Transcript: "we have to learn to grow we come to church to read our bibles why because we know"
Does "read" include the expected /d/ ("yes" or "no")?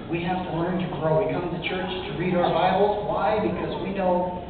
yes